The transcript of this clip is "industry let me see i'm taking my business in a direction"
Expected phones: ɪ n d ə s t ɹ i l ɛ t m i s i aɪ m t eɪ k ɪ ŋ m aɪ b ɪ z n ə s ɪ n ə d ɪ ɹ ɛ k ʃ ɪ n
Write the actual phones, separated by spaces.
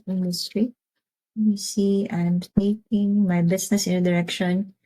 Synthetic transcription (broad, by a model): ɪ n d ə s t ɹ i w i s i aɪ m t eɪ k ɪ ŋ m aɪ b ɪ s n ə s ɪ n ə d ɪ ɹ ɛ k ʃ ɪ n